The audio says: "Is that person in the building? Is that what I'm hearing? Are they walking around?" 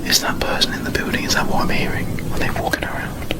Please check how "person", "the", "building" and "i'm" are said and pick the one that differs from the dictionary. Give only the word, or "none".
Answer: building